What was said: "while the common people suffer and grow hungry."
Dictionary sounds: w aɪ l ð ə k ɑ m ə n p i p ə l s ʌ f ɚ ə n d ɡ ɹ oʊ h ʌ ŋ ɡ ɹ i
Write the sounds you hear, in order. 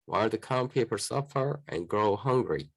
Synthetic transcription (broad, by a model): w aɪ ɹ ð ə k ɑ ə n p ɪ p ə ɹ s ʌ f ɚ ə n ɡ ɹ oʊ h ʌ ŋ ɡ ɹ i